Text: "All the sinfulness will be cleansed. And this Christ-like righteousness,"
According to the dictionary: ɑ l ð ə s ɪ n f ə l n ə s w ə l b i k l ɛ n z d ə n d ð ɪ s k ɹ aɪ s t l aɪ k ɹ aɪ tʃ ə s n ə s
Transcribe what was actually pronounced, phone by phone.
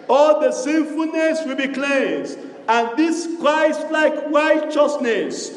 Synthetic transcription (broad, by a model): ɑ l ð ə s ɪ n f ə l n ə s w ə l b i k l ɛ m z ə n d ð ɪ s k ɹ aɪ s t l aɪ k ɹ aɪ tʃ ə s n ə s